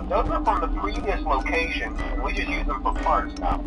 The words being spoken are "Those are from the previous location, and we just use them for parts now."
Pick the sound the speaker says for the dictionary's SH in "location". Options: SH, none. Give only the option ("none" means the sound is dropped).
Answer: none